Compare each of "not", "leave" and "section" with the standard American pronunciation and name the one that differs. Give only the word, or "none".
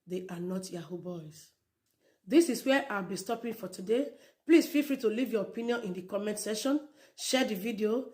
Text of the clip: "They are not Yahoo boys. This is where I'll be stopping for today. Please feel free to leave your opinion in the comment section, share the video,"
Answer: section